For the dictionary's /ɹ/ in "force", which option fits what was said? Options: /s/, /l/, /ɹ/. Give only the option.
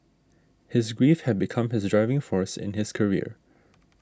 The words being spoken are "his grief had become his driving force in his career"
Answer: /ɹ/